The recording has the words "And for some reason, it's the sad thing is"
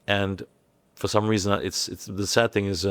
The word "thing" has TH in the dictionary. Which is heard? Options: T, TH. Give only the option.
TH